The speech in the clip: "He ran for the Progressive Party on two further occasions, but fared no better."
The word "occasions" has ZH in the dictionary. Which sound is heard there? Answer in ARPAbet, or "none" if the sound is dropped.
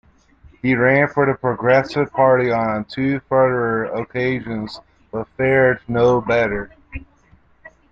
ZH